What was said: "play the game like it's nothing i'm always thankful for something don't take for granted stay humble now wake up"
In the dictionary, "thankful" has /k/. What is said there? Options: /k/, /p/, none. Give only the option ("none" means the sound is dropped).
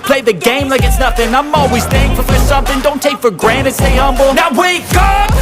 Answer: none